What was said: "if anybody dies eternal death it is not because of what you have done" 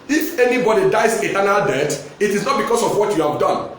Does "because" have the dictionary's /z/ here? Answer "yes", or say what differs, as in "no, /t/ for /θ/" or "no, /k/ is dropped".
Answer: no, /s/ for /z/